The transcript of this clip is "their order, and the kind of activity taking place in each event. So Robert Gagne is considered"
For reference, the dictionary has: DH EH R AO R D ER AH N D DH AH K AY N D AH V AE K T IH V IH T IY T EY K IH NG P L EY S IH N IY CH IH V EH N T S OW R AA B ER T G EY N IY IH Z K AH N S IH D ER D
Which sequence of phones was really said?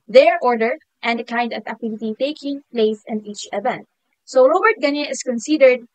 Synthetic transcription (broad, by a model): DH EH R AO R D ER AH N D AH K AY N D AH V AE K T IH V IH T IY T EY K IH NG P L EY S IH N IY CH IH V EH N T S OW R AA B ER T G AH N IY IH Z K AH N S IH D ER D